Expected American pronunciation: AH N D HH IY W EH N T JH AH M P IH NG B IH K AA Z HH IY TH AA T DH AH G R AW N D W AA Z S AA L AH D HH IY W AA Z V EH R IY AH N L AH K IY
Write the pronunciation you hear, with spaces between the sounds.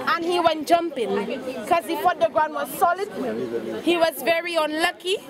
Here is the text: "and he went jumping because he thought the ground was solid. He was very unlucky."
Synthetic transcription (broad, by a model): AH N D HH IY W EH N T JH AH M P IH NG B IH K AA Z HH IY F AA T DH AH G R AW N D W AA Z S AA L AH D HH IY W AA Z V EH R IY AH N L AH K IY